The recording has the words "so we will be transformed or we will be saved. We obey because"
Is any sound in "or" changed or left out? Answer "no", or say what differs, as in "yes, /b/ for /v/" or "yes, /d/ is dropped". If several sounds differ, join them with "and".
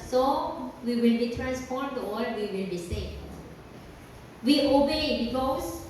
yes, /l/ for /ɹ/